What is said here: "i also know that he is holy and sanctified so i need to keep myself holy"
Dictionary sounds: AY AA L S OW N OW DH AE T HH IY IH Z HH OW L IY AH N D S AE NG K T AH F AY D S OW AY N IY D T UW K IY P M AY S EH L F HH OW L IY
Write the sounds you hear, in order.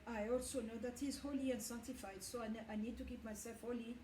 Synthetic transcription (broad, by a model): AY AA L S OW N OW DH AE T HH IY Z HH OW L IY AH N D S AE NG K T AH F AY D S OW AY N IY D T UW K IY P M AY S EH L F HH OW L IY